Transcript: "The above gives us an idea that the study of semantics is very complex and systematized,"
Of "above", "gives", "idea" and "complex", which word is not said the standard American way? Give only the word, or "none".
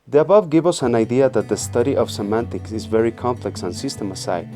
gives